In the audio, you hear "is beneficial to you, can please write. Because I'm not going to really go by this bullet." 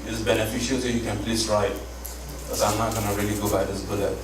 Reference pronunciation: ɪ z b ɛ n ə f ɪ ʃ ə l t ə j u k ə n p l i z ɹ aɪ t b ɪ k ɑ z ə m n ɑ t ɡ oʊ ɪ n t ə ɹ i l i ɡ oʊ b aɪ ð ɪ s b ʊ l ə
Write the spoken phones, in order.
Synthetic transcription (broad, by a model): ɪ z b ɛ n ə f ɪ ʃ ə l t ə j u k ə n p l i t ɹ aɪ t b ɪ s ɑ ə m n ɑ t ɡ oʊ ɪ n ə ɹ i l i ɡ oʊ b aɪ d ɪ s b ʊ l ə